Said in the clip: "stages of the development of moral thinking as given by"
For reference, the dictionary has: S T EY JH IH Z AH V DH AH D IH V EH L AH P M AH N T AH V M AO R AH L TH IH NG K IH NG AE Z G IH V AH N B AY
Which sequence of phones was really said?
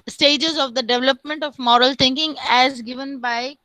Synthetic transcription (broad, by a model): S T EY JH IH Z AH V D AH D IH V EH L AH P M AH N T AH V M AO R AH L T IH NG K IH NG AE Z G IH V AH N B AY